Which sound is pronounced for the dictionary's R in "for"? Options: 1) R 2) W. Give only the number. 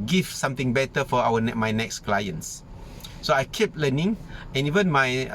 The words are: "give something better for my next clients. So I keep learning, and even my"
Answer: 2